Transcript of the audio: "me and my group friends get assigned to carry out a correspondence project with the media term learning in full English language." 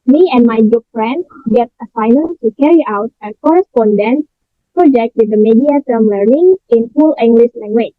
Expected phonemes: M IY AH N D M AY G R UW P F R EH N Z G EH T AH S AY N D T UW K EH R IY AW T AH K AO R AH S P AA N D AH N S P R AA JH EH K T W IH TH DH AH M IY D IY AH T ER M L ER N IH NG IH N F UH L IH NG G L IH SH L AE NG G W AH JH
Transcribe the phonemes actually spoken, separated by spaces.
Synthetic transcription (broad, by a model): M IY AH N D M AY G UW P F R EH N S G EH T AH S AY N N T UW K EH R IY AW T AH K AO R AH S P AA N D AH N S P R AA JH EH K T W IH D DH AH M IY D IY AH T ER M L ER N IH NG IH N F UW L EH NG G L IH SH L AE NG G W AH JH